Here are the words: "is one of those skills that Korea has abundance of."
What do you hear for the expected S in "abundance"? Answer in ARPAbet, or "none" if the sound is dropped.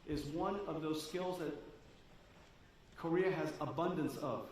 S